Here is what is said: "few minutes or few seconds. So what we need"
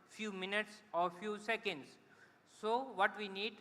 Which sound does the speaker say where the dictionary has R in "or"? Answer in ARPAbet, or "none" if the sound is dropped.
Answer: R